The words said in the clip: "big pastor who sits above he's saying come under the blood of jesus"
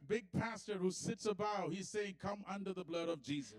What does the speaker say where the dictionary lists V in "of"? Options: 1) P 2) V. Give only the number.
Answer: 2